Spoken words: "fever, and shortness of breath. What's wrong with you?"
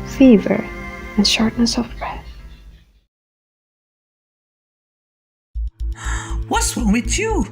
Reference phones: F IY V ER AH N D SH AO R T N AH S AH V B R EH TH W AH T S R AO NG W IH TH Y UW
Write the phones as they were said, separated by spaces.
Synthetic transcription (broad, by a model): F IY V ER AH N SH AO R T N AH S AH V B R EH TH W AH T S W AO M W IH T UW